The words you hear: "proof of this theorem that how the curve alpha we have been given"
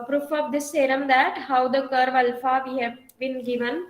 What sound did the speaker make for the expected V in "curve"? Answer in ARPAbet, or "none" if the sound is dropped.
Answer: V